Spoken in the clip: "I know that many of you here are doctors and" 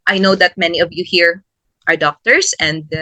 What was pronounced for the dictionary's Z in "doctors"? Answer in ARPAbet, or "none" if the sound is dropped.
S